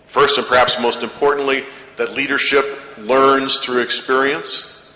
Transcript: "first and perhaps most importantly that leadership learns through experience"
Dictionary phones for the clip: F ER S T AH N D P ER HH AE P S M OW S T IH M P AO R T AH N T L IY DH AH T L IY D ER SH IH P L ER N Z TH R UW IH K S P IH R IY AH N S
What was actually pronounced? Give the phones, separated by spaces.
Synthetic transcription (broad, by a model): F ER S T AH N P ER HH AE P S M OW S T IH M P AO R T N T L IY DH AH T L IY D ER SH IH P L ER N Z TH R UW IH K S P IH R IY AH N S